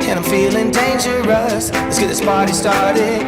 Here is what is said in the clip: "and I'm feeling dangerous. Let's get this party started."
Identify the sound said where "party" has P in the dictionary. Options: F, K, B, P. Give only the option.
B